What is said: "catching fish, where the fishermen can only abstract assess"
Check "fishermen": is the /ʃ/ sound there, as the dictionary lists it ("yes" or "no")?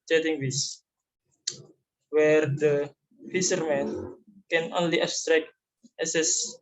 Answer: no